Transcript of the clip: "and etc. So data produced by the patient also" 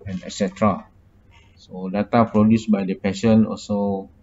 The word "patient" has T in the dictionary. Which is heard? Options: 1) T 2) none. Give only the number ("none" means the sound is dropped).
2